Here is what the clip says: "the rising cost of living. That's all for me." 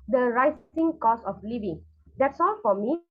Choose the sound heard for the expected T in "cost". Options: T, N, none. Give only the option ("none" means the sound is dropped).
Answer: none